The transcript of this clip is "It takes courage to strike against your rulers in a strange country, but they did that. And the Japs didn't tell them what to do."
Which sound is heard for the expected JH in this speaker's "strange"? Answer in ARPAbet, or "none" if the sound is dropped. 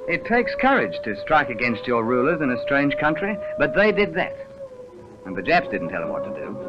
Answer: ZH